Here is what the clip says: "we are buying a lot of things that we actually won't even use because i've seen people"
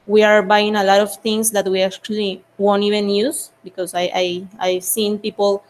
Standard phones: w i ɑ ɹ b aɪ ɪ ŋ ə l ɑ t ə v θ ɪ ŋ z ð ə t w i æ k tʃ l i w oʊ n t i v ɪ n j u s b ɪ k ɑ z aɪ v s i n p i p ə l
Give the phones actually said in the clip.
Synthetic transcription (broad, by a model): w i ɑ ɹ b aɪ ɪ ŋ ə l ɑ t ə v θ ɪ ŋ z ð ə t w i æ k tʃ l i w oʊ n t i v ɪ n j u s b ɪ k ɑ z aɪ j s i n p i p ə l